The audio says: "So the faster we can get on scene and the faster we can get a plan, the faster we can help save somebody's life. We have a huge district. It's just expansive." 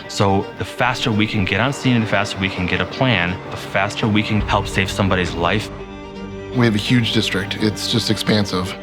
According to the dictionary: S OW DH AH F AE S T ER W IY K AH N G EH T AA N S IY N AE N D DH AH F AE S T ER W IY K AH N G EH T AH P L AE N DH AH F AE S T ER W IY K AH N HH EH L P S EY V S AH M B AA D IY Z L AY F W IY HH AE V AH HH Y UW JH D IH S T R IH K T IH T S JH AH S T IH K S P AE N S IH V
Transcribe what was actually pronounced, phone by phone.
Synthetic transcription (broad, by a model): S OW DH AH F AE S T ER W IY K AH N G EH T N S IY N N DH AH F AE S T ER W IY K AH N G EH T AH P L AE N DH AH F AE S T ER W IY K AH N HH EH L P S EY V S AH M B AA D IY Z L AY F W IY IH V AH HH Y UW JH D IH S T R IH K T IH T S JH AH S T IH K S P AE N S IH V